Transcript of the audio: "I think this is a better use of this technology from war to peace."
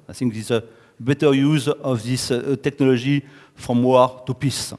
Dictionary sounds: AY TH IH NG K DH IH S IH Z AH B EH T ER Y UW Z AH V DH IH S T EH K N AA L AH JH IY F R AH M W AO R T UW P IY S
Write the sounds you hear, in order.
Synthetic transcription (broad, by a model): AY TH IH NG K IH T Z AH B EH T ER Y UW Z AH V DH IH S T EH K N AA L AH ZH IY F R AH M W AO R T UW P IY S